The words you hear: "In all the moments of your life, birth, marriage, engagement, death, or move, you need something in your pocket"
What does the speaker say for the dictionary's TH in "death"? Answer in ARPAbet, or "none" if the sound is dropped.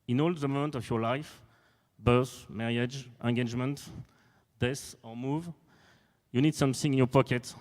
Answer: S